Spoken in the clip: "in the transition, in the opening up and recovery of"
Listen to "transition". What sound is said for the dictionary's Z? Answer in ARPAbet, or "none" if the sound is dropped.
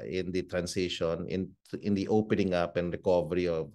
S